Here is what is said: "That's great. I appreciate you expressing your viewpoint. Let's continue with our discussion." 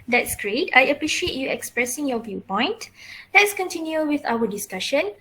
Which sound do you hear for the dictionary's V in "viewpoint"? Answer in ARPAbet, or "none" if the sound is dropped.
V